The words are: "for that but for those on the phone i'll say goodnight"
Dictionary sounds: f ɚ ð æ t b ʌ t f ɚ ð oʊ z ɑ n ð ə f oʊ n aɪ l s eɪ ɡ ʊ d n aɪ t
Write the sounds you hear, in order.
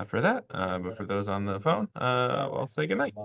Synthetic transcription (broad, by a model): f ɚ ð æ t b ʌ t f ɚ ð oʊ z n ð ə f oʊ n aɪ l s eɪ ɡ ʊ d n aɪ t